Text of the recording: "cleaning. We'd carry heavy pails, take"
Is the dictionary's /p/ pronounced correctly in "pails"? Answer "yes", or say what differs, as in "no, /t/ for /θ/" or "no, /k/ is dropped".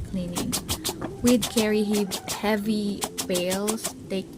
no, /b/ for /p/